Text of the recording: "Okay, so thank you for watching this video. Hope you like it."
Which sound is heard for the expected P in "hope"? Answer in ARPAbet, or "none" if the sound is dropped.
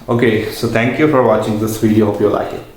F